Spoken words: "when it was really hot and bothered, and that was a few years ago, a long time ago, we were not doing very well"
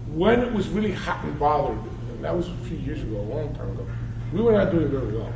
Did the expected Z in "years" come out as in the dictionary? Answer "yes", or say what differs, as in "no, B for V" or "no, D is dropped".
yes